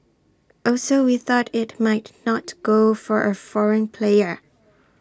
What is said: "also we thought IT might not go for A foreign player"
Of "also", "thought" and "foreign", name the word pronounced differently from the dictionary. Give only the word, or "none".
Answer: none